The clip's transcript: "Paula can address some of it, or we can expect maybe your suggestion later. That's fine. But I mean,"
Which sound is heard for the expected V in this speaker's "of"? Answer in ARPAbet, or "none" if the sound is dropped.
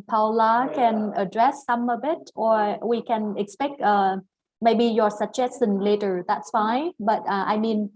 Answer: B